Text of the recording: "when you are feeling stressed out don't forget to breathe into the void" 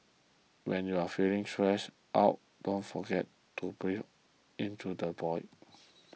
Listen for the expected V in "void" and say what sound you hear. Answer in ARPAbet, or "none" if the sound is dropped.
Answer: B